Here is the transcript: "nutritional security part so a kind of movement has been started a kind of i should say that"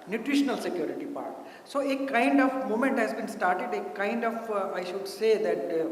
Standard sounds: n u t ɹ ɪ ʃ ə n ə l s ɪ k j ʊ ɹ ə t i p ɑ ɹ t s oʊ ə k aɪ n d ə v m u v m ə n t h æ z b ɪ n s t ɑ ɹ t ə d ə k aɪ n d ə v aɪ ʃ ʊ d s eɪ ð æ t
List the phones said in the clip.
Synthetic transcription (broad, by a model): n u t ɹ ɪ ʃ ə n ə l s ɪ k j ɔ ɹ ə t i p ɑ ɹ t s oʊ ə k aɪ n d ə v m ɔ m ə n t h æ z b ɪ n s t ɑ ɹ t ə d ə k aɪ n d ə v aɪ ʃ ʊ d s eɪ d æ t